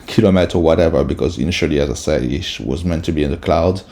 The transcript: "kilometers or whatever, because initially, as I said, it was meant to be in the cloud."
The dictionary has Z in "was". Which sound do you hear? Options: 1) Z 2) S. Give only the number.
1